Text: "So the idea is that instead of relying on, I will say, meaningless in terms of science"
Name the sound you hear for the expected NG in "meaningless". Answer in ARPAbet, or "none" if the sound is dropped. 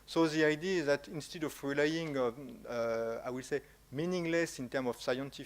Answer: NG